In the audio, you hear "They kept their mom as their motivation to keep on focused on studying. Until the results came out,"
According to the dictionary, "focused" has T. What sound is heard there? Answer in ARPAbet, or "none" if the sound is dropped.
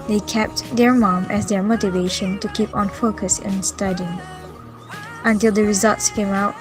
none